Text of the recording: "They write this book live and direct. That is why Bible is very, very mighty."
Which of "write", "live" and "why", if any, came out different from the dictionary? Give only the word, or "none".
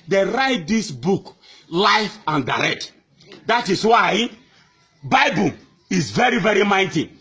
live